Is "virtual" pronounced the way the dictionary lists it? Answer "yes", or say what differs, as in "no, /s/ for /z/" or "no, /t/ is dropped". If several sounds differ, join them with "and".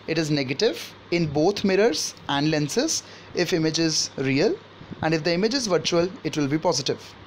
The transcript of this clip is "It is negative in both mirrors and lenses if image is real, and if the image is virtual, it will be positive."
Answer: yes